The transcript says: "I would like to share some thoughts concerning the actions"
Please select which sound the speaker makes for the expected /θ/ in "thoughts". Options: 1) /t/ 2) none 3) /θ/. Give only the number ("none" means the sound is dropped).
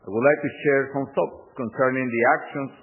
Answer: 1